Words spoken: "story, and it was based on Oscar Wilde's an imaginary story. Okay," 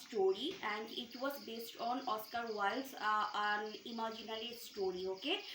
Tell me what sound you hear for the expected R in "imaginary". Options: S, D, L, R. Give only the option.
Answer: L